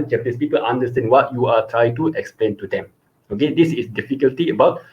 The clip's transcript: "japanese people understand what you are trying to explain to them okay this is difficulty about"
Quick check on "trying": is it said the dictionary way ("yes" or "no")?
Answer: yes